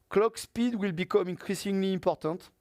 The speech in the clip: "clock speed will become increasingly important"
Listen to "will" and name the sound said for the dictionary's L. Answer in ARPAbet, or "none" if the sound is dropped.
L